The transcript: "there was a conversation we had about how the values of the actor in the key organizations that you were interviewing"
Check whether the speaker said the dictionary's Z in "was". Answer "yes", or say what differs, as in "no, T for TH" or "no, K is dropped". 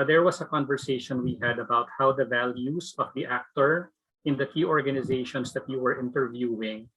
no, S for Z